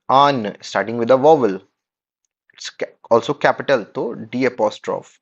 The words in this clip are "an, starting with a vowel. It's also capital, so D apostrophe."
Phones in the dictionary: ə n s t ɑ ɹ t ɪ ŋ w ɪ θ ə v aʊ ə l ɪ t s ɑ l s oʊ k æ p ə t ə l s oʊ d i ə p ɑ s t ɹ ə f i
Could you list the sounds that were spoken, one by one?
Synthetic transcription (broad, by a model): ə n s t ɑ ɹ t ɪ ŋ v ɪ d ə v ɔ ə l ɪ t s ɑ l s oʊ k æ p ə t ə l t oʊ d i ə p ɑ s t ɹ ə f